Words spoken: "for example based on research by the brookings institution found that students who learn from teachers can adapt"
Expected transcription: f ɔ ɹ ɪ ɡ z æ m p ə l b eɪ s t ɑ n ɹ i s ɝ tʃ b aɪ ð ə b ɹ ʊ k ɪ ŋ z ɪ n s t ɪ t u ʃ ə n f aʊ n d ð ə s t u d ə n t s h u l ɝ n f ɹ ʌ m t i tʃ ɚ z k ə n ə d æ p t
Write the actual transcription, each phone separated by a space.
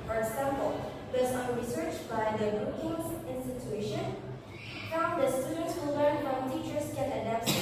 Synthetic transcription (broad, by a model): f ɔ ɹ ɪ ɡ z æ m p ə l b eɪ s t ɑ n ɹ i s ɝ tʃ b aɪ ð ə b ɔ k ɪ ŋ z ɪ n s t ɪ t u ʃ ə n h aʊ d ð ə s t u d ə n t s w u l ɝ n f ɹ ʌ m t i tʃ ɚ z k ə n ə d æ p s